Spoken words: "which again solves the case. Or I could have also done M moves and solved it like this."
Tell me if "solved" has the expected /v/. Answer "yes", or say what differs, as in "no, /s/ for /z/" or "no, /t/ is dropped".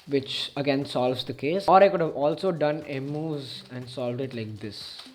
yes